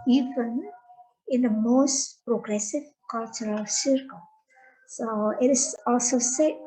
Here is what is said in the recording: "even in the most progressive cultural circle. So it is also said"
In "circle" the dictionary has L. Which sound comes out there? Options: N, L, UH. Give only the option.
L